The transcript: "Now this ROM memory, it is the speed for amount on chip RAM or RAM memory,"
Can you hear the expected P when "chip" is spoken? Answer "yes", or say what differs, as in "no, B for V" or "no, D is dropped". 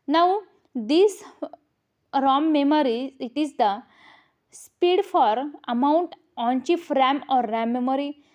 no, F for P